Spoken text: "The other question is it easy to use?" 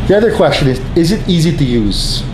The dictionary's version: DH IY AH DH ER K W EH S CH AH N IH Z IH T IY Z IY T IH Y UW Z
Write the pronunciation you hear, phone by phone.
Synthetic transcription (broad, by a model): DH IY AH DH ER K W EH S CH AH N IH Z IH T IY Z IY T IH Y UW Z